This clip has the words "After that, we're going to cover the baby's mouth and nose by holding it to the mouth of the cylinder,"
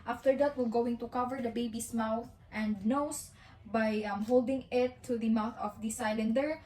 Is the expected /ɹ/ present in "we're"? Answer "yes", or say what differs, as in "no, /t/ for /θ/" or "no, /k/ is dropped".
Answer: no, /l/ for /ɹ/